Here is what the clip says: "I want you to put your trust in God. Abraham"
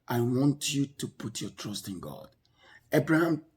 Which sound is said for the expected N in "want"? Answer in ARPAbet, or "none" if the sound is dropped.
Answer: N